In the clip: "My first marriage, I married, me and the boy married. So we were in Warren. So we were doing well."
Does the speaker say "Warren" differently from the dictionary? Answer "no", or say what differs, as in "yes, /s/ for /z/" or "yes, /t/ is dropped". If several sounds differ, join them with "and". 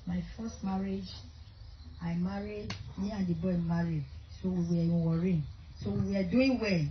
no